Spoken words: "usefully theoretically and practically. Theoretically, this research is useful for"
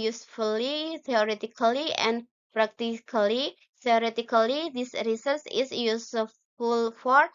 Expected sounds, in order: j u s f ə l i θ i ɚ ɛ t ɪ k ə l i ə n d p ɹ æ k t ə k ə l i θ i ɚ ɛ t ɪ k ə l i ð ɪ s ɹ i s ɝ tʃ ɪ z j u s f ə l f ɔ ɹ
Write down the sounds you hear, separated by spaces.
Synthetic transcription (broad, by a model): j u s f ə l i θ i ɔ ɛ t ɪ k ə l i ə n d p ɹ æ k t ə k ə l i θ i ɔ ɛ t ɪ k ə l i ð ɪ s ɹ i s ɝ s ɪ s j u s f ə l f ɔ ɹ